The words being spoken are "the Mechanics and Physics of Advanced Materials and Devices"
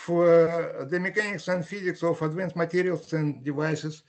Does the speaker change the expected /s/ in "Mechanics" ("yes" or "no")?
no